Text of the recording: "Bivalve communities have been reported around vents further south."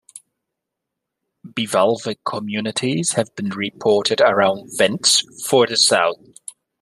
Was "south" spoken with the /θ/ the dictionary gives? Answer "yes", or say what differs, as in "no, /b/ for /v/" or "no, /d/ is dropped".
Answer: yes